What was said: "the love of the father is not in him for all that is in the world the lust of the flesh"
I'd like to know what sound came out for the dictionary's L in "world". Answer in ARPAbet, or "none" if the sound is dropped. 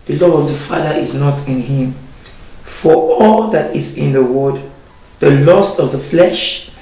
none